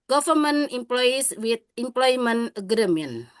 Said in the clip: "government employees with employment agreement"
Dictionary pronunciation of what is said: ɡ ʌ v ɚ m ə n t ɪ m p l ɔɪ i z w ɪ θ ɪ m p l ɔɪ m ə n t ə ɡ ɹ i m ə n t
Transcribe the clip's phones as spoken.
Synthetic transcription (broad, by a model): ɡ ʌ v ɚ m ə n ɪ m p l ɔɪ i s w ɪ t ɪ m p l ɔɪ m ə n ə ɡ ɹ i m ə n